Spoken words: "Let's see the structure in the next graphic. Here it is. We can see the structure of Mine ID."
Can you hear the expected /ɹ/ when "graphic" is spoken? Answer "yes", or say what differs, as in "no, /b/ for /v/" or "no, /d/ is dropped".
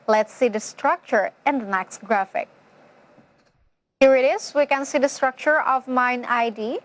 yes